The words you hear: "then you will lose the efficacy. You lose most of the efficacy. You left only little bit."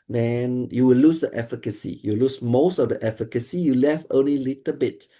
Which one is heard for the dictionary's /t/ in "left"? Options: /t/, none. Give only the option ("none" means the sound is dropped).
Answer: none